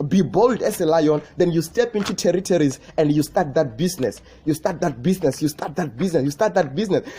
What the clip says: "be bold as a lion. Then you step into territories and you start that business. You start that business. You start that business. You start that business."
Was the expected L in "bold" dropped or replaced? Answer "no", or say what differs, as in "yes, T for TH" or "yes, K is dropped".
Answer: no